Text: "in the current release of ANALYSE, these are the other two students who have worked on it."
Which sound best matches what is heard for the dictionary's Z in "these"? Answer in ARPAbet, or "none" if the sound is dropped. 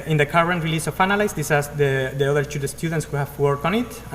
S